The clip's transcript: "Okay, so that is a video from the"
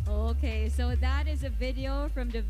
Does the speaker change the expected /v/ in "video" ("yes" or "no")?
no